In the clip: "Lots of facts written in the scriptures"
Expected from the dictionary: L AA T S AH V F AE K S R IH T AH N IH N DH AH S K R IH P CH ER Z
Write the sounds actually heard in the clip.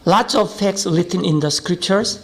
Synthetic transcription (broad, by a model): L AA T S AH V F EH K S L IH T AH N IH N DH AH S K R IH P CH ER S